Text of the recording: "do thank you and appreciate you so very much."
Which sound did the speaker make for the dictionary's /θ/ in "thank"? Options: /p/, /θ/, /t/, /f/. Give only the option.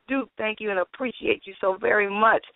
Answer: /θ/